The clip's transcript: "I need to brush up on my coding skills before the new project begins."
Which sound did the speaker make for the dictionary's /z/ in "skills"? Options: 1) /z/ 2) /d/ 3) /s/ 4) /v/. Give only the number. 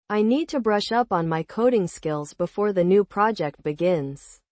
1